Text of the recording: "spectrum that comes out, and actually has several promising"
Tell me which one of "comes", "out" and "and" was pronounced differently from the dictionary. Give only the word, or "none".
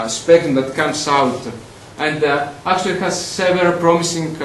comes